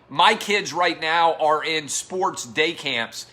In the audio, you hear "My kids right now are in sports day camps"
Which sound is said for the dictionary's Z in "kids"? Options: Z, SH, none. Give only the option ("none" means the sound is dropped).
Z